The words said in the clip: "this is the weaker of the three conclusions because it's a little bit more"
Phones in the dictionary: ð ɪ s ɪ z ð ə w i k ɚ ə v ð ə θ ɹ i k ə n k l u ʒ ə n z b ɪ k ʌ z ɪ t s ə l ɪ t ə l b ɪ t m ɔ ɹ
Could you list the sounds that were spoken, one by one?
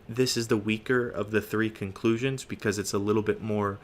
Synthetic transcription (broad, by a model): ð ɪ s ɪ z ð ə w i k ɚ ə v ð ə θ ɹ i k ə n k l u ʒ ə n z b ɪ k ʌ z ɪ t s ə l ɪ t l b ɪ t m ɔ ɹ